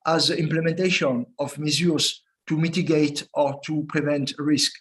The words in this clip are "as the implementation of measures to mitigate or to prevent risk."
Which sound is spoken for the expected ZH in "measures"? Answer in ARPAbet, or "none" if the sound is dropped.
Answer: Z